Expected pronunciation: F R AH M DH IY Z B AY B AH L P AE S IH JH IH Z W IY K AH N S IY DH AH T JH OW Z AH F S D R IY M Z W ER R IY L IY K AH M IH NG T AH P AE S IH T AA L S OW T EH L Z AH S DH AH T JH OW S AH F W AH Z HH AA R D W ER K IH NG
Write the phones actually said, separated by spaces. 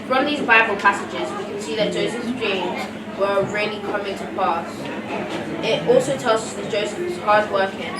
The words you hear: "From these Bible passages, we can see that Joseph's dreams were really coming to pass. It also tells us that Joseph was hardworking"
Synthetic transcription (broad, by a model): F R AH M DH IY Z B AY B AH L P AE S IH JH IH Z W IY K AH N S IY DH AH T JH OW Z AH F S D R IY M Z W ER R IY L IY K AH M IH NG T AH P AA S IH T AA L S OW T EH L Z AH S DH AH T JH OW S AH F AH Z HH AA D W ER K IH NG